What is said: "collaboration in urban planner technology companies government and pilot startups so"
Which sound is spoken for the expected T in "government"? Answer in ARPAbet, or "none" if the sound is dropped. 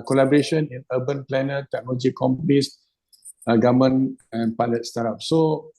none